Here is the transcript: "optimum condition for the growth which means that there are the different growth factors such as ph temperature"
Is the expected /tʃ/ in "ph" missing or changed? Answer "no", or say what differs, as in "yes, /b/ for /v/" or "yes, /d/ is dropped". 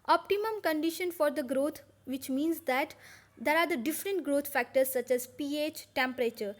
no